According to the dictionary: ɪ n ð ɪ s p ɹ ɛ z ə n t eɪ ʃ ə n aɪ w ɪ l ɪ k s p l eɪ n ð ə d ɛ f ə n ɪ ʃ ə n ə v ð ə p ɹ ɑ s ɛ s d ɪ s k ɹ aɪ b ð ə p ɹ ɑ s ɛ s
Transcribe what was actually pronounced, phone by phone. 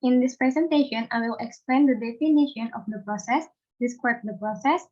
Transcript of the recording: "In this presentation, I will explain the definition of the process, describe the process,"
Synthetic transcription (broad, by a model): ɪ n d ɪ s p ɹ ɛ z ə n t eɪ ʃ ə n aɪ w ɪ l ɪ k s p l eɪ n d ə d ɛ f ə n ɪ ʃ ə n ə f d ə p ɹ ɑ s ɛ s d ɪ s k aɪ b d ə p ɹ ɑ s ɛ s